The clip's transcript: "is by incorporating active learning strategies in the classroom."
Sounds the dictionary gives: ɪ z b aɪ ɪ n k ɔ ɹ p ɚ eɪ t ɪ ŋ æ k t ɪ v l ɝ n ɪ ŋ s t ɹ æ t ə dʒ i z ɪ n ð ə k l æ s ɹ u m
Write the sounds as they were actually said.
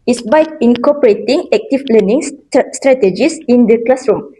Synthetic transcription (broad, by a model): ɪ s b aɪ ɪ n k ɔ p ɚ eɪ t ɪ ŋ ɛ k t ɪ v l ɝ n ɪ ŋ s t ɹ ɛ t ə dʒ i s ɪ n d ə k l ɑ s ɹ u m